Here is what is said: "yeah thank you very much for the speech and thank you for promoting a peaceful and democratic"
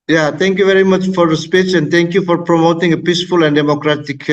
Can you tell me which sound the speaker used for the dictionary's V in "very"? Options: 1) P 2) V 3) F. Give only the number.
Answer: 2